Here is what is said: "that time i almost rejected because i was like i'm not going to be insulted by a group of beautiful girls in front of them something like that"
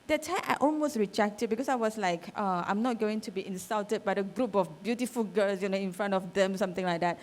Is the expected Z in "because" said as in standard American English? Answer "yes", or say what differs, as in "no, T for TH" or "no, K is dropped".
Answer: no, S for Z